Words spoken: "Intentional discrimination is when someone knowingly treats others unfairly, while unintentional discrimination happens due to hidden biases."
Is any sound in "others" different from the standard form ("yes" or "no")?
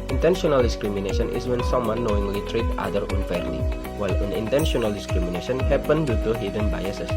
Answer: yes